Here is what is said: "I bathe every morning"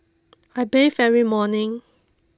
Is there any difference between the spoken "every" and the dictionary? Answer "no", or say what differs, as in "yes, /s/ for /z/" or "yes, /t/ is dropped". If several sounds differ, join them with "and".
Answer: yes, /v/ is dropped